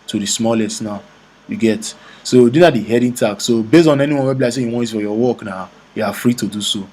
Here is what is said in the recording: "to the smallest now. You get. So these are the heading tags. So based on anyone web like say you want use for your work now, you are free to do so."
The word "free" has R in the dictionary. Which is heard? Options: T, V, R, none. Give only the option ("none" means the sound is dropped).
R